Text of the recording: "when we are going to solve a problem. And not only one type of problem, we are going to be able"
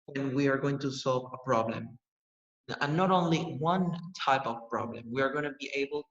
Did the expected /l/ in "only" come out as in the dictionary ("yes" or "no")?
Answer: yes